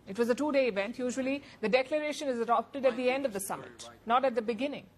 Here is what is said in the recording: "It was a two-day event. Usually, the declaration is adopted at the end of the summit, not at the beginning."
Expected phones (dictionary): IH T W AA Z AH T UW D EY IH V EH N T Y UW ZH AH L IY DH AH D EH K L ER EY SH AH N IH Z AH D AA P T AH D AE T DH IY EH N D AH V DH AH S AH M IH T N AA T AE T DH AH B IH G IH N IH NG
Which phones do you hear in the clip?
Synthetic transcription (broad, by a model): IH T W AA Z AH T UW D EY IH V EH N T Y UW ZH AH L IY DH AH D EH K L ER EY SH AH N IH Z AH D AA P T AH D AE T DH IY EH N D AH V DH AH S AH M IH T N AA T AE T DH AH B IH G IH N IH NG